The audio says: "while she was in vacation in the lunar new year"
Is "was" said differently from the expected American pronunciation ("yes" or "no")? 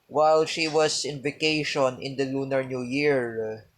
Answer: yes